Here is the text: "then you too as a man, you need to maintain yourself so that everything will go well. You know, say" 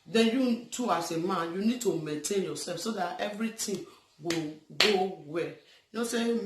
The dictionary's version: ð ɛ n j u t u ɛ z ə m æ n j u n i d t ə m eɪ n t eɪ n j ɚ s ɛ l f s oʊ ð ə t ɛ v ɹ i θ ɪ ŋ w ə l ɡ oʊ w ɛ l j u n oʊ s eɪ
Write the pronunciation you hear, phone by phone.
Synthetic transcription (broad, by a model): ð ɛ n j u t u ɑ s ə m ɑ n j u n i d t ə m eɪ n t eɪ n j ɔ s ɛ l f s oʊ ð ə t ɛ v ɹ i t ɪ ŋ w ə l ɡ oʊ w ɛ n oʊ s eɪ